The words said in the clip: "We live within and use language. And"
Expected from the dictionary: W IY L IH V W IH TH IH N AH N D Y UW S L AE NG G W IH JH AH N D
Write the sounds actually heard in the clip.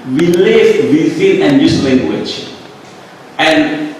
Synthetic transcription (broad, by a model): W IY L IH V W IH S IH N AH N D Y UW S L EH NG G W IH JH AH N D